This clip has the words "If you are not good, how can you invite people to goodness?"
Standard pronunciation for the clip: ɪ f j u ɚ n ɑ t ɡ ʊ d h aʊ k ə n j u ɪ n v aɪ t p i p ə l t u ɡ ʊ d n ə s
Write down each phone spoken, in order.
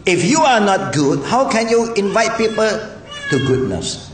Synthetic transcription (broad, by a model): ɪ f j u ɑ n ɑ t ɡ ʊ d h aʊ k ə n j u ɪ n v aɪ t p i p ə l t u ɡ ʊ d n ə s